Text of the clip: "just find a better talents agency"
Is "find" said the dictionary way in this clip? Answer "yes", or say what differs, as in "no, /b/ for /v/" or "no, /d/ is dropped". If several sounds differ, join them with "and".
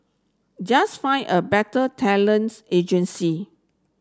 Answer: no, /d/ is dropped